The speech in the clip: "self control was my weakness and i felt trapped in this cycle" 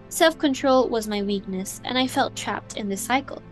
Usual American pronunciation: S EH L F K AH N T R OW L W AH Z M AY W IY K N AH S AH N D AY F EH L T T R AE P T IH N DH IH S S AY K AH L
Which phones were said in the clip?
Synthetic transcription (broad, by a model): S EH L F K AH N T R OW L W AH Z M AY W IY K N AH S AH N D AY F EH L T T R AE P T IH N DH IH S S AY K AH L